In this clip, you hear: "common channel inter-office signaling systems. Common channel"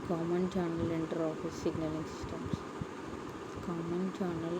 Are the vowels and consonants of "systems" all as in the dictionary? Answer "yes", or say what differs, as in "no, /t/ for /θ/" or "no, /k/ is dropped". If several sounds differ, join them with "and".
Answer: no, /s/ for /z/